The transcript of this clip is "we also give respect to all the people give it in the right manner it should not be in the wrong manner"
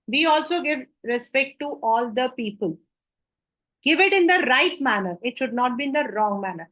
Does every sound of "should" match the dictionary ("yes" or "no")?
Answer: yes